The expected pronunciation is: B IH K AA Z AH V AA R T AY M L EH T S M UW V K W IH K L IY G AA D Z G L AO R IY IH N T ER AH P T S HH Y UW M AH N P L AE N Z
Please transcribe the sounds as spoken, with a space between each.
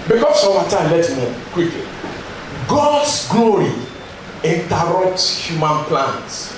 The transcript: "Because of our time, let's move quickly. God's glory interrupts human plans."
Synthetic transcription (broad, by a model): B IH K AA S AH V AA T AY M L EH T M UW K W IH K L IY G AA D S G L AO R IY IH N T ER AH P T S HH Y UW M AH N P L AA N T